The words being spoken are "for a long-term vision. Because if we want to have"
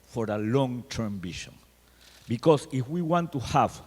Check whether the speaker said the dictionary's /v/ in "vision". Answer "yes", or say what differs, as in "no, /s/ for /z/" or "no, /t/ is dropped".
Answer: no, /b/ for /v/